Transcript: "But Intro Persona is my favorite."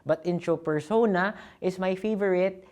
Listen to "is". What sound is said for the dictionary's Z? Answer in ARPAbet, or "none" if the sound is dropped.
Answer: S